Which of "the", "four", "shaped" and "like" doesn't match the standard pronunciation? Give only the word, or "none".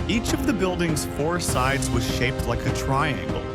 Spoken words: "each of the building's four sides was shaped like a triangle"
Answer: none